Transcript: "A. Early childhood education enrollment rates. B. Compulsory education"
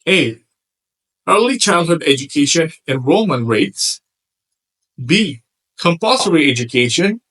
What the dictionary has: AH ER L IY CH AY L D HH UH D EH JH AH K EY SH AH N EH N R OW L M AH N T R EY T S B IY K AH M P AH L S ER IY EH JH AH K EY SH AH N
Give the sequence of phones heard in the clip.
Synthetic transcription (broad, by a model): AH ER L IY CH AY L D HH UH D EH JH AH K EY SH AH N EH N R OW M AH N R EY T S B IY K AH M P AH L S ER IY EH JH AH K EY SH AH N